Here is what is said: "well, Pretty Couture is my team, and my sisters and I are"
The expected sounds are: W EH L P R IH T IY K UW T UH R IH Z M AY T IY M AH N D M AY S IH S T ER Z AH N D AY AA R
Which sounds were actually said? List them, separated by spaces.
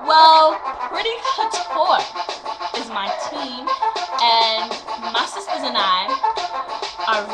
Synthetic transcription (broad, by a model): W EH L P R IH T IY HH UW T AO R IH Z M AY T IY M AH N M AY S IH S T ER Z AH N AY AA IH